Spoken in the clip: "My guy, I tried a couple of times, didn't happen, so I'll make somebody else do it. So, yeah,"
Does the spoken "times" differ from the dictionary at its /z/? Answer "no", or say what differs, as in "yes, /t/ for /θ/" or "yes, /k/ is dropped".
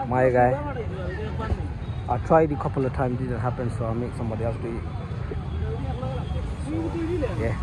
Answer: yes, /z/ is dropped